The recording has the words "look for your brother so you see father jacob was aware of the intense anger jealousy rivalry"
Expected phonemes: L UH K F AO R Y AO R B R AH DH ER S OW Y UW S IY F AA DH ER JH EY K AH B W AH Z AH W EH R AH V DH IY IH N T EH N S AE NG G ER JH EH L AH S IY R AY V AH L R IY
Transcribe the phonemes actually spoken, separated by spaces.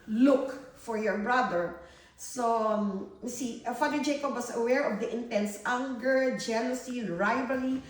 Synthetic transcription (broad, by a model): L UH K F AO R Y AO R B R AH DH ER S OW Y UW S IY F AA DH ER JH EY K AH B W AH S AH W EH R AH V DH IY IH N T EH N S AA NG G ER JH EH L AH S IY R AY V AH L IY